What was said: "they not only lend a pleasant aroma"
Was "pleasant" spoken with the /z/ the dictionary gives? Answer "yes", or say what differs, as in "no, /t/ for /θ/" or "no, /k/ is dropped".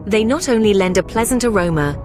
yes